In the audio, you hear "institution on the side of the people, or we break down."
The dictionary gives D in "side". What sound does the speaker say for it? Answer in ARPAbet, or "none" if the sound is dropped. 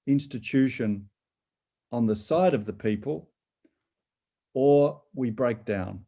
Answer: D